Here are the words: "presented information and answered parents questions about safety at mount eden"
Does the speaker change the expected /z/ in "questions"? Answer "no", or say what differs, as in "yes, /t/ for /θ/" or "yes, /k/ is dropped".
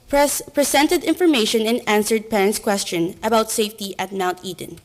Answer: yes, /z/ is dropped